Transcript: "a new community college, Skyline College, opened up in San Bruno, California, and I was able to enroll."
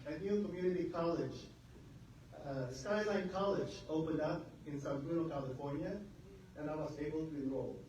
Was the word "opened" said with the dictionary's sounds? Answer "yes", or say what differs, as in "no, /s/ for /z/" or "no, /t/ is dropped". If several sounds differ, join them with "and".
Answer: yes